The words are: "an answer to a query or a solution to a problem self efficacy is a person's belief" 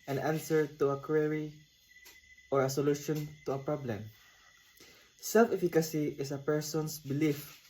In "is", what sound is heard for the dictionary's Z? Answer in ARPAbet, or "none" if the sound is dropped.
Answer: S